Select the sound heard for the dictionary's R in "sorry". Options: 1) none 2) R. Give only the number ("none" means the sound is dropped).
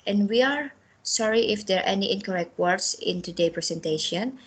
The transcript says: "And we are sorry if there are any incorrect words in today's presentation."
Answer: 2